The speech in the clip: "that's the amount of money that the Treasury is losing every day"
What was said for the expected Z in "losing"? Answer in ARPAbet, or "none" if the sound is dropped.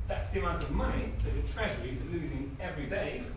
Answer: Z